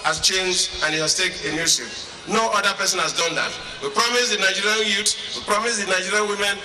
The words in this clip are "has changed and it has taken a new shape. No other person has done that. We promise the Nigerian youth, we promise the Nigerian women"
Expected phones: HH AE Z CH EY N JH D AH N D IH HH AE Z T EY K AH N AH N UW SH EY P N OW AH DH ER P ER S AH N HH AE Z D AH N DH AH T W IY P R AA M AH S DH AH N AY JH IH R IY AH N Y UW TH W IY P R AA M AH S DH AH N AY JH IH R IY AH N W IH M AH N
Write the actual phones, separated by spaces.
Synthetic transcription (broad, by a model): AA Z CH EY N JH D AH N IH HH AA S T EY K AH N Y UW S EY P N OW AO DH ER P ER S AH N HH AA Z D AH N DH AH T W IY P R AA M AH S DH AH N AY JH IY R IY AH N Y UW T W IY P R AA M AH S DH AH N AY JH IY R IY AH N W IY M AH N